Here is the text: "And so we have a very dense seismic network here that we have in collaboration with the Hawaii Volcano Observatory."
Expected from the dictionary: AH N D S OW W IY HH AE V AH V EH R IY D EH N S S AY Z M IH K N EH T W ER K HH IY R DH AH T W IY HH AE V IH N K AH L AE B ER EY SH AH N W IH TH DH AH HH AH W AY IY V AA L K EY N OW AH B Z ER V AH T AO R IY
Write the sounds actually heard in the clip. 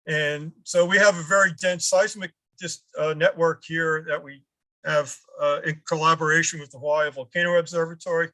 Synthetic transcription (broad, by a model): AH N S OW W IY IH V AH V EH R IY D EH N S S AY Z M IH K N EH T W ER K HH IY R DH AH T W IY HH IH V IH N K AH L AE B ER EY SH AH N W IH DH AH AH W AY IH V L K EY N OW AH B Z ER V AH T AO R IY